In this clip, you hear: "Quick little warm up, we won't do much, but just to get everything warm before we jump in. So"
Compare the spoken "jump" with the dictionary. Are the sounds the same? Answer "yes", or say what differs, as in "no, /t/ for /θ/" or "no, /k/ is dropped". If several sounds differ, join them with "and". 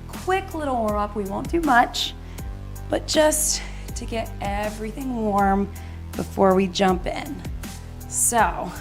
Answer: yes